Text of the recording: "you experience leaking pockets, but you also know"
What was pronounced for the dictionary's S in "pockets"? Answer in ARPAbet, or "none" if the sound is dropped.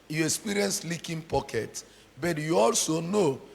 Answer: none